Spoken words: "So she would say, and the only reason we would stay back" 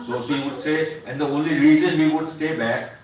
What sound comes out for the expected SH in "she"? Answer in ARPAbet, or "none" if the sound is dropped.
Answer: S